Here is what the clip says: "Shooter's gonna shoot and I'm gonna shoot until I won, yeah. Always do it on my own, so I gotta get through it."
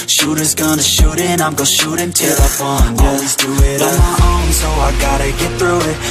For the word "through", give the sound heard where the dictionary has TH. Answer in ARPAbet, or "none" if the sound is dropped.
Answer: TH